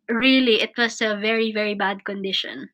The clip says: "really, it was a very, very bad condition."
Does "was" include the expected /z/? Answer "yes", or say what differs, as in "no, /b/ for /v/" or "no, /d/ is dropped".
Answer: no, /s/ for /z/